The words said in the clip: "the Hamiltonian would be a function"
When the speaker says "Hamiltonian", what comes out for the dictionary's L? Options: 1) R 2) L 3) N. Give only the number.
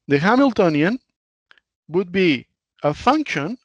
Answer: 2